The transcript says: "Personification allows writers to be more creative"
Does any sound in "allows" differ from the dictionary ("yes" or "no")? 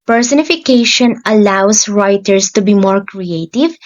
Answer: yes